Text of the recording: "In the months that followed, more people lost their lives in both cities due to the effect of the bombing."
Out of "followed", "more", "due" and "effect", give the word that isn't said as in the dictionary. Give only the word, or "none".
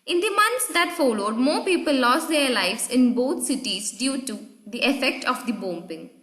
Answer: none